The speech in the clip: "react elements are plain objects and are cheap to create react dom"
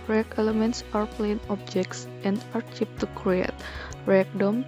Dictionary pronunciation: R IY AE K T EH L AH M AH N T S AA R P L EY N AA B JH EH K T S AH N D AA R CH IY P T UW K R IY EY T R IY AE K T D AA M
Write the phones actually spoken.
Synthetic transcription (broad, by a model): R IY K EH L AH M AH N T S AA R P L EY N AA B JH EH K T S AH N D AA R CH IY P T UW K R IY EY T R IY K D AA M